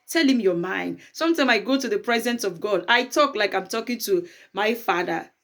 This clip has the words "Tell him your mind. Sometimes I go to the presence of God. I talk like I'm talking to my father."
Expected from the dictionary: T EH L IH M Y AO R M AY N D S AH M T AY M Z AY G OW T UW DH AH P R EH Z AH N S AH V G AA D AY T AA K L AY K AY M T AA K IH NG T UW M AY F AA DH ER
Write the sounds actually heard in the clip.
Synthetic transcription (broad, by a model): T EH L IH M Y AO M AY N D S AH M T AY M AY G OW T UW DH AH P R EH Z AH N S AH V G AA D AY T AA K L AY K AY M T AA K IH NG T UW M AY F AA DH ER